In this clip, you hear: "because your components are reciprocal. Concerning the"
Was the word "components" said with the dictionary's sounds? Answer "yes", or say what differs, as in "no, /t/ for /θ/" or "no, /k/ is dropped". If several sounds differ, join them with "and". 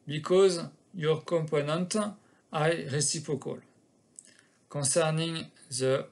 no, /s/ is dropped